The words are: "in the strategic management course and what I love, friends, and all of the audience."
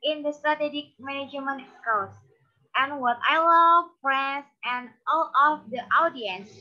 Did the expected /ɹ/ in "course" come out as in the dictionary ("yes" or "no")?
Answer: no